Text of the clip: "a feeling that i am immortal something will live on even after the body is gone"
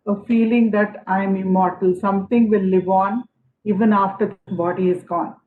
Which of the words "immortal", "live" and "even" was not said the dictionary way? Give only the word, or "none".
none